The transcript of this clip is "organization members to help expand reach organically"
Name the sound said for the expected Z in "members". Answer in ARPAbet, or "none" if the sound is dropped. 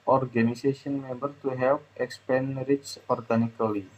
none